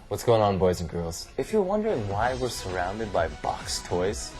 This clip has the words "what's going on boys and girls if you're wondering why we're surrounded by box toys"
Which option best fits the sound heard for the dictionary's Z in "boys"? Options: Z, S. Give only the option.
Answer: Z